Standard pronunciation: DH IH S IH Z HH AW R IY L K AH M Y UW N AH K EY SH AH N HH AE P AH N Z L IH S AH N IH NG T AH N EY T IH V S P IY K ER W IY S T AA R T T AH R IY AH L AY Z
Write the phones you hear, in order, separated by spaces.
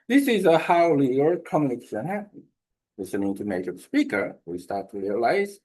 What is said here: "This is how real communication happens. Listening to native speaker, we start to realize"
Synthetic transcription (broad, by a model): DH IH S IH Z HH AW L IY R K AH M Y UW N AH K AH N HH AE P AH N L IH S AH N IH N T AH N EY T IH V S P IY K ER W IY S T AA R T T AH R IY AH L AY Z